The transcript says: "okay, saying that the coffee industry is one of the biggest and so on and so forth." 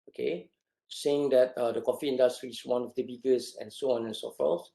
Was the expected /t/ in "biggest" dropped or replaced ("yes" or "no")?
yes